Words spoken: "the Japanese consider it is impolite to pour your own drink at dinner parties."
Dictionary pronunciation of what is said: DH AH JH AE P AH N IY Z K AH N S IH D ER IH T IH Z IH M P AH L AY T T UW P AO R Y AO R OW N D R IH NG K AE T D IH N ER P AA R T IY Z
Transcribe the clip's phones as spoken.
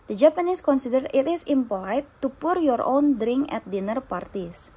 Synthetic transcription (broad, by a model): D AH JH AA P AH N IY S K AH N S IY D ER IH T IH S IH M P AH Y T T UW P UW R Y AO R OW N D R IH NG K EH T D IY N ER P AA R T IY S